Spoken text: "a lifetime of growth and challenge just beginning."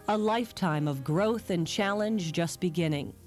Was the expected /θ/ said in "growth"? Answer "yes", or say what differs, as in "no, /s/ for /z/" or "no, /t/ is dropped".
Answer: yes